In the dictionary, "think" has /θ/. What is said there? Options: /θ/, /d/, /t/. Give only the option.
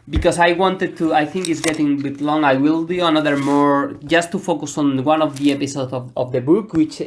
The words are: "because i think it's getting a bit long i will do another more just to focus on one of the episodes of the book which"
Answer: /θ/